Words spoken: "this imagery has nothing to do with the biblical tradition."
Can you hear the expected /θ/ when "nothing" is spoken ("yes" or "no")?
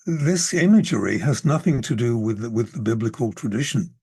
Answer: yes